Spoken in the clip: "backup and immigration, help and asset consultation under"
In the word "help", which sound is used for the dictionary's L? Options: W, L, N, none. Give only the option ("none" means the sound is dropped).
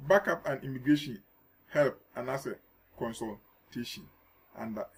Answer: L